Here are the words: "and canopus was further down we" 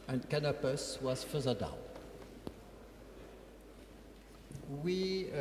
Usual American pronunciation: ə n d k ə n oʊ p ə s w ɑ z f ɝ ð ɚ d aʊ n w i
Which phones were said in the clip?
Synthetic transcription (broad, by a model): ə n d k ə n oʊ p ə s w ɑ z f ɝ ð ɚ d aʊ l w i